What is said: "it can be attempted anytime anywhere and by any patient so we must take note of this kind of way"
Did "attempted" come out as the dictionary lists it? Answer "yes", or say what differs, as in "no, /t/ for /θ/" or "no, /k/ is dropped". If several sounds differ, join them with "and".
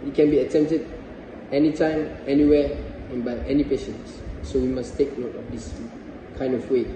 yes